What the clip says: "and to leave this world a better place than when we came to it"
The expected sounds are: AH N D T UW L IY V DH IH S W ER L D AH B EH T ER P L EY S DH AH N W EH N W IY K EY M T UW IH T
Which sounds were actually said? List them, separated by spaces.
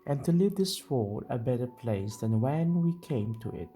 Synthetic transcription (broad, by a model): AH N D T UW L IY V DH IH S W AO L AH B EH T ER P L EY S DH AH N W EH N W IY K EY M T UW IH T